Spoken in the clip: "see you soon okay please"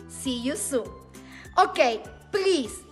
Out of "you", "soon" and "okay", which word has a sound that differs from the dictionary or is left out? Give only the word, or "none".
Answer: soon